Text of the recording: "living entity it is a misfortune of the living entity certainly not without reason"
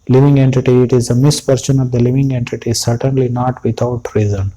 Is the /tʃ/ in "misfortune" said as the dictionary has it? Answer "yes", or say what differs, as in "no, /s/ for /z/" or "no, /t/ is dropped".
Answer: no, /s/ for /tʃ/